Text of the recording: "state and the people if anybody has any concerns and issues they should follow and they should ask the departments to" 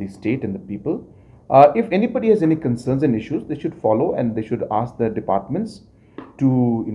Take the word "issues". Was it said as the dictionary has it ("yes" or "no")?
yes